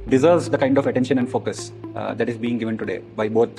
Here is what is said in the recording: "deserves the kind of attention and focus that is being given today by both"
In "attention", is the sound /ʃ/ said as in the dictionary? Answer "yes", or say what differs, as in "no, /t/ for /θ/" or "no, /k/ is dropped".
yes